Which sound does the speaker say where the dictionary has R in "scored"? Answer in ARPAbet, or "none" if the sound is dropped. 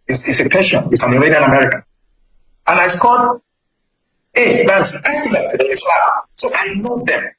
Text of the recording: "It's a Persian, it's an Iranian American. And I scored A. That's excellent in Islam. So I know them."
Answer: L